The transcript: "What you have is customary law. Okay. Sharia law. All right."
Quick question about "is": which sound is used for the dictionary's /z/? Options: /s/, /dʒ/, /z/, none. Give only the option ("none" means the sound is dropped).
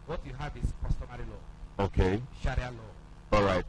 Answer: /s/